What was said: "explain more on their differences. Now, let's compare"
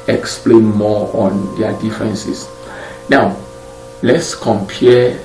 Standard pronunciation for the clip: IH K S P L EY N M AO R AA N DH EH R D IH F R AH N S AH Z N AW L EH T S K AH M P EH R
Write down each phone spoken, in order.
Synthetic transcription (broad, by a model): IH K S P L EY N M AO AA N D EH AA D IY F R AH N S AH S N AW L EH T S K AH M P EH